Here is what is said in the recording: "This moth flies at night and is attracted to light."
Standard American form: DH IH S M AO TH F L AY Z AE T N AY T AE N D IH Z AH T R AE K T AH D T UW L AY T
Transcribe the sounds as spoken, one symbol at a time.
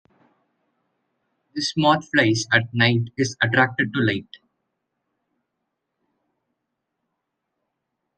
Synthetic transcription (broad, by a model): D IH S M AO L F L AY S AE T N AY T IH Z AH T R AE K T AH D T UW L AY T